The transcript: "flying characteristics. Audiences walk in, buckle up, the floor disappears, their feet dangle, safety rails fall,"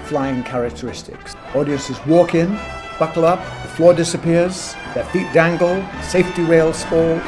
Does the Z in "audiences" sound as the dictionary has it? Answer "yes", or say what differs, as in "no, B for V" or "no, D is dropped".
yes